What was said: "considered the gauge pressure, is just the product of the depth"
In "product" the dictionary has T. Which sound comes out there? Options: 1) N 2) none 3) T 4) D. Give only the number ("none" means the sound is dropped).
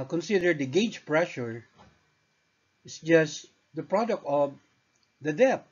3